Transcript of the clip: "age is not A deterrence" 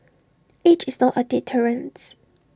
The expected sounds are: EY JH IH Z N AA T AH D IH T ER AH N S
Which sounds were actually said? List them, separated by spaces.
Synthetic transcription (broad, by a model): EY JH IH S N AA T AH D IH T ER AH N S